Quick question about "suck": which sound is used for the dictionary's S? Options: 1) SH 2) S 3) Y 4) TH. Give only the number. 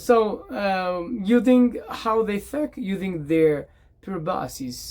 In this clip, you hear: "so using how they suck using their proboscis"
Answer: 4